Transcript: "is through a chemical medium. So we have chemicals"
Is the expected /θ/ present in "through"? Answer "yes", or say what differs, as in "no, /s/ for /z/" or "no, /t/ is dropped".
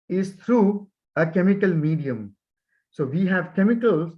no, /t/ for /θ/